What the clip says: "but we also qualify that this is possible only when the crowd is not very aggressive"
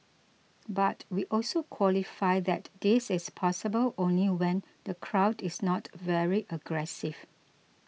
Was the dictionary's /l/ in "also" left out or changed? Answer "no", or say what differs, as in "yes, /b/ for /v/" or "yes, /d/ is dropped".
no